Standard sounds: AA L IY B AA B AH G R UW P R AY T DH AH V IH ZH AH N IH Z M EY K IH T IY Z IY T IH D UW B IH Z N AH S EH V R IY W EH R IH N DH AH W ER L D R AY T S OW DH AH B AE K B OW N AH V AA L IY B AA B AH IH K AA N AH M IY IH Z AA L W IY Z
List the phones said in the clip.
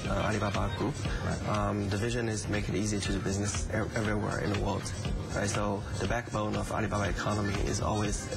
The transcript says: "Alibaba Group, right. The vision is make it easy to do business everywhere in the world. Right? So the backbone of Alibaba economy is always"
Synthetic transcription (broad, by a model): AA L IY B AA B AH G R UW P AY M DH AH V IH ZH AH N IH Z M EY K IH T IY Z IY T IH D B IH Z N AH S EH V R IY W EH R IH N DH AH W ER L D R AY T S OW DH AH B AE K B OW N AH V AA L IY B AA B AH IH K AA N AH M IY IH Z AA L W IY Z